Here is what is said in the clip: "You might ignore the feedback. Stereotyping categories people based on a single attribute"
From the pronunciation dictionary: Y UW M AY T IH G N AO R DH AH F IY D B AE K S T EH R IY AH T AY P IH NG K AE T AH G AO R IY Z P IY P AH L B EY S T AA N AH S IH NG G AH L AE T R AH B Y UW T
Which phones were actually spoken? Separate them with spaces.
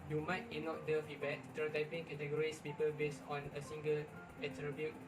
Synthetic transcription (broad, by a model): Y UW M AY T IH N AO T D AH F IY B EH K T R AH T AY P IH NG K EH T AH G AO R IY S P IY P AH L B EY S AA N AH S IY NG G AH L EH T R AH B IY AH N